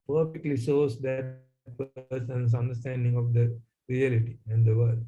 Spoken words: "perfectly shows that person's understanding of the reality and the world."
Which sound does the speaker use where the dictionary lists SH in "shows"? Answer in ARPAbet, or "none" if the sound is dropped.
S